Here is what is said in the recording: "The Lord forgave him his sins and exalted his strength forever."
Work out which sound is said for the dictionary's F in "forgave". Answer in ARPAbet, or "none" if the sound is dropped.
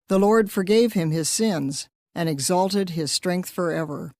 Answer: F